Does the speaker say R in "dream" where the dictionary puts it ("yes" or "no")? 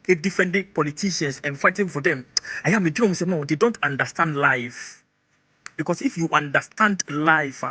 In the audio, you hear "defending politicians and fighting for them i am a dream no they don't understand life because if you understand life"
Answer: no